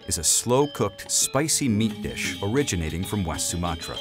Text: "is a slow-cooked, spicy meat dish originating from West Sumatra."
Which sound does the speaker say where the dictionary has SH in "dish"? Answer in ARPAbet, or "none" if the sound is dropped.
SH